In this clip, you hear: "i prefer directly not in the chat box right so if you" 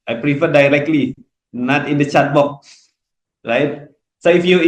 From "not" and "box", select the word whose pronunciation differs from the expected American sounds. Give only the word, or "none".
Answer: box